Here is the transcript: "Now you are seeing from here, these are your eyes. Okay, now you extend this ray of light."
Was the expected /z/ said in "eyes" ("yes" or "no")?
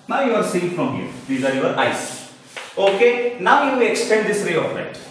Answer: no